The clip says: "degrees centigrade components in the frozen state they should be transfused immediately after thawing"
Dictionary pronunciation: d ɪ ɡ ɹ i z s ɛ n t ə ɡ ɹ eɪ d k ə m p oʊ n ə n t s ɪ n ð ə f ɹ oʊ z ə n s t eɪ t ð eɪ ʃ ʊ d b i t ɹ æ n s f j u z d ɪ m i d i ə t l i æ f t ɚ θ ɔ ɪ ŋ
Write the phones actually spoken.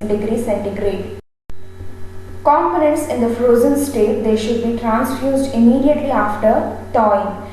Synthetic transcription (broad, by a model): d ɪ ɡ ɹ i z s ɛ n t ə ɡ ɹ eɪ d k ə m p oʊ n ə n t s ɪ n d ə f ɹ oʊ z ə n s t eɪ t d eɪ ʃ ʊ d b i t ɹ æ n s f j u z d ɪ m i d i ə t l i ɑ f t ɚ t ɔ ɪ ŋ